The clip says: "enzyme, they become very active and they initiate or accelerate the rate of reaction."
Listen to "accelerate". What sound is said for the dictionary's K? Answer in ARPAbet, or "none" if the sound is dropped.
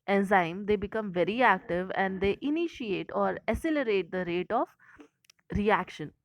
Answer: none